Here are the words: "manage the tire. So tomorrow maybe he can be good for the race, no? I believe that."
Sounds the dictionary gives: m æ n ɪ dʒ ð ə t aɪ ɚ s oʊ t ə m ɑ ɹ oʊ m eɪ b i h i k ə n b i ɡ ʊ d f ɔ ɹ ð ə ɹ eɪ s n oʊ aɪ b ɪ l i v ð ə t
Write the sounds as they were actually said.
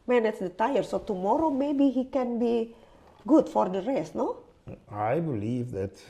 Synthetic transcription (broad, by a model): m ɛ n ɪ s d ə t aɪ ɚ s oʊ t ə m ɑ ɹ oʊ m eɪ b i h i k ə n b i ɡ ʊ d f ɔ ɹ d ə ɹ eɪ s n oʊ aɪ b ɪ l i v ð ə t